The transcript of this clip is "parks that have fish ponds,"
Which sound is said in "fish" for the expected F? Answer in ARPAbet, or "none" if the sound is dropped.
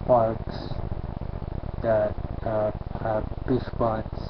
P